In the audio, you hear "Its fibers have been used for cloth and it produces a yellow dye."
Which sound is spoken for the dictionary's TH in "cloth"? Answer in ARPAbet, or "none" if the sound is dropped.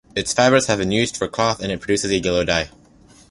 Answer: TH